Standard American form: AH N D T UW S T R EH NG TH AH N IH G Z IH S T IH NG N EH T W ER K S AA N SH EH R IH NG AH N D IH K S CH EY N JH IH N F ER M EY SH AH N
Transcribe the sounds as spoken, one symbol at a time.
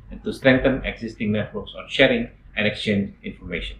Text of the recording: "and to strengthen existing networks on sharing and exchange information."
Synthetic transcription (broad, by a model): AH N T UW S T R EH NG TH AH N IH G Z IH S T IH NG N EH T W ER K S AA N SH EH R IH NG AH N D IH K S CH EY N JH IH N F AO M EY SH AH N